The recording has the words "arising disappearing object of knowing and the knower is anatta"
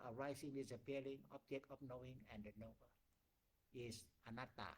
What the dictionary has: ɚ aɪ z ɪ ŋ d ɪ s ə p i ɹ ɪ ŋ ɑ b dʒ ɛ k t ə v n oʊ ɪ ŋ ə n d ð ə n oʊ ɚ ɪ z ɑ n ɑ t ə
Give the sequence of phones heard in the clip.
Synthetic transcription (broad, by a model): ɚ aɪ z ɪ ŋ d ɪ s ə p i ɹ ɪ ŋ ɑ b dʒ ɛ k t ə p n oʊ ɪ ŋ ə n d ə n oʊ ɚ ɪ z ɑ n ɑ t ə